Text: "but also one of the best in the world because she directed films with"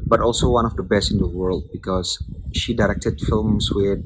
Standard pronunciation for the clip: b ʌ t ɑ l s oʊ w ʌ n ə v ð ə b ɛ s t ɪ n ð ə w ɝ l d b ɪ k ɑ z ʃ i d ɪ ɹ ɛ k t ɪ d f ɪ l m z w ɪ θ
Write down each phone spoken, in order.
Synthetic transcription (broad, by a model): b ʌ t ɑ l s oʊ w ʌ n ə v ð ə b ɛ s t ɪ n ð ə w ɝ l d b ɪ k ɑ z ʃ i d ɪ ɹ ɛ k t ɪ d f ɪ l m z w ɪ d